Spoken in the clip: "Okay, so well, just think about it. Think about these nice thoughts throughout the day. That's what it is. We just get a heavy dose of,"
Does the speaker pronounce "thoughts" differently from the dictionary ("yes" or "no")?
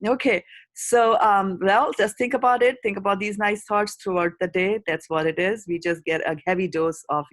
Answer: yes